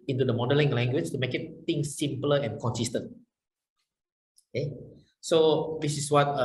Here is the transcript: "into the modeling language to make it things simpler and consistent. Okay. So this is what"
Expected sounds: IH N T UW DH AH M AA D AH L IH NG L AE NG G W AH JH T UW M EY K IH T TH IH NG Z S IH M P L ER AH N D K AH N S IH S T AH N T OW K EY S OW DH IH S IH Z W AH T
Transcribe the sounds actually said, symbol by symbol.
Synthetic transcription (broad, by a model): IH N T UW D AH M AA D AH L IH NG L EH NG G W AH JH T UW M EY K IH T T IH NG S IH M P L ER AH N K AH N S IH S T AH N T OW K EY S OW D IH S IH S W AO T